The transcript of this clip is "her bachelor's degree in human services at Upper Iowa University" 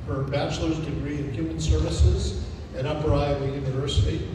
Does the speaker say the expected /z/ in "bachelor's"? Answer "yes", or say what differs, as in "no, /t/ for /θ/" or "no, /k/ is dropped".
yes